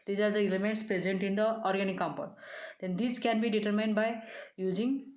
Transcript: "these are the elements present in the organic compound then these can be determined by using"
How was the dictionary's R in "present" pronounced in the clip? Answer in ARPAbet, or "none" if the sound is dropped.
R